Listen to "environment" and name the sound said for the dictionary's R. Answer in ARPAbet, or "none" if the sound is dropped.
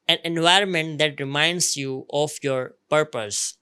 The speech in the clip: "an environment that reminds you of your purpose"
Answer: R